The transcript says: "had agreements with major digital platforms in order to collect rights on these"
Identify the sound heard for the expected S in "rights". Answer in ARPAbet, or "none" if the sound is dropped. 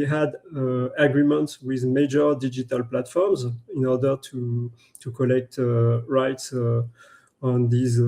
S